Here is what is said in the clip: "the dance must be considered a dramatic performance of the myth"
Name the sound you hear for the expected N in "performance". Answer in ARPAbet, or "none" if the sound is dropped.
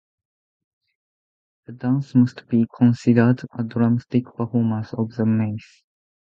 none